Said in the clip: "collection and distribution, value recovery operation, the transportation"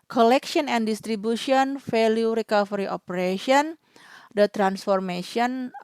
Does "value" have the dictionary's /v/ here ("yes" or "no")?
no